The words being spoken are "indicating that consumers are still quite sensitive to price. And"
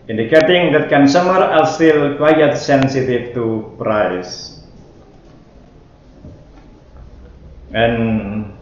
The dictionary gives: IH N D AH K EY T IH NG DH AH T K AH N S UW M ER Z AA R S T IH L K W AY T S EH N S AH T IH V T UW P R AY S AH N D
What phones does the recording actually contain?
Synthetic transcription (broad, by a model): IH N D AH K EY T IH NG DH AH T K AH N S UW M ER AA L S T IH L K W AY T S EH N S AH T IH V T UW P R AY S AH N